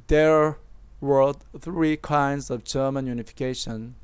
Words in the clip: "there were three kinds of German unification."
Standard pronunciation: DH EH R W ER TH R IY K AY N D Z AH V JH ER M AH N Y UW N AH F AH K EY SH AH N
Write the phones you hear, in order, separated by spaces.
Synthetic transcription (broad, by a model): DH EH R W ER TH R IY K AY N D Z AH V JH ER M AH N Y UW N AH F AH K EY SH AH N